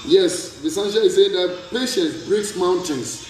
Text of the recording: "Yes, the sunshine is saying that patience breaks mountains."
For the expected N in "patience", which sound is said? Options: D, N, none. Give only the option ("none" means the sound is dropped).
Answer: none